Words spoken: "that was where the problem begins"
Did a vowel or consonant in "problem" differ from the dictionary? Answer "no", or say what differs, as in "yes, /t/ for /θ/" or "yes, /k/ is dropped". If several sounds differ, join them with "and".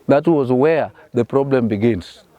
no